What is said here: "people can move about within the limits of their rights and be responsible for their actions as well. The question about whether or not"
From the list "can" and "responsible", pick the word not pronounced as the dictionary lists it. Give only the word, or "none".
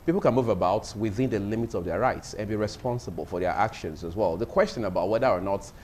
none